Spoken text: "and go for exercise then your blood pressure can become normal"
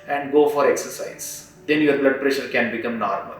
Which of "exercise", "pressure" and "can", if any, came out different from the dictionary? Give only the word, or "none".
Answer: none